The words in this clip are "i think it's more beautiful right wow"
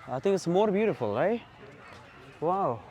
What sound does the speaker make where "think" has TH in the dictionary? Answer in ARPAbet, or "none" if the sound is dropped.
TH